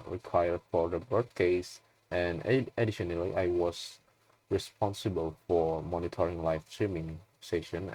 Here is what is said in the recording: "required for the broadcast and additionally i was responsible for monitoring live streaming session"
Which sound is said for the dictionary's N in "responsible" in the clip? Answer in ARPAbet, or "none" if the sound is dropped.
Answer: N